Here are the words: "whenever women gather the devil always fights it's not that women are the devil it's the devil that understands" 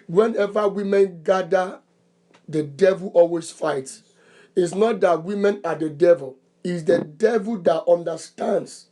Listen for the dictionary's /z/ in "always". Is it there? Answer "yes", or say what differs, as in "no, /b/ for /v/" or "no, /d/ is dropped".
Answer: no, /s/ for /z/